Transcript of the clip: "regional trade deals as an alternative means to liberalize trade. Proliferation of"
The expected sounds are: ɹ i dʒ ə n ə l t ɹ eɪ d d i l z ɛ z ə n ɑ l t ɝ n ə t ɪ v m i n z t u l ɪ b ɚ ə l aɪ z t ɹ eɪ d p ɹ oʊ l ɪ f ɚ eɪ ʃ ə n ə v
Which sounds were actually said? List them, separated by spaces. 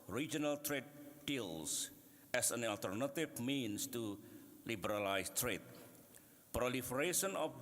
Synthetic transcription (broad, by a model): ɹ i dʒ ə n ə l t ɹ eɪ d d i l s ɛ s ə n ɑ l t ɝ n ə t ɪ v m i n s t u l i b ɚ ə l aɪ s t ɹ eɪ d p ɹ oʊ l ɪ f ɚ eɪ ʃ ə n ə